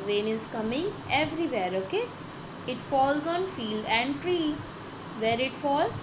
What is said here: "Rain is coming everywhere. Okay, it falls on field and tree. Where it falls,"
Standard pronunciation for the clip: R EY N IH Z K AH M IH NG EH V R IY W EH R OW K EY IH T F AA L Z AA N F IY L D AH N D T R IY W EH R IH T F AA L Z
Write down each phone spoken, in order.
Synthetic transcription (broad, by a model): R EY N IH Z K AH M IH NG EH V R IY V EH R OW K EY IH T F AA L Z AA N F IY L D AH N D T R IY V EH R IH T F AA L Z